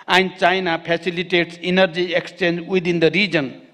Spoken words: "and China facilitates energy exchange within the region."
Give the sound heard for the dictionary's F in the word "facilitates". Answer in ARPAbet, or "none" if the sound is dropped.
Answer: P